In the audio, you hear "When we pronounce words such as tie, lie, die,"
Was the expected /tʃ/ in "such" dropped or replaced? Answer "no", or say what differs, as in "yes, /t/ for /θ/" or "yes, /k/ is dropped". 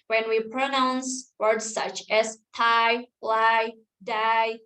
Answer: no